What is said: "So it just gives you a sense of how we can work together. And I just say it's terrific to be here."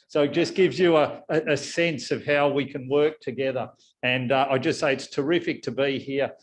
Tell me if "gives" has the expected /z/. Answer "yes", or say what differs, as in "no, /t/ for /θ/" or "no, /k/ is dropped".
yes